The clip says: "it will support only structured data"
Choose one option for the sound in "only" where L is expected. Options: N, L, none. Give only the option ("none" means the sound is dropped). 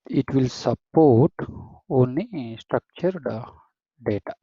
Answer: none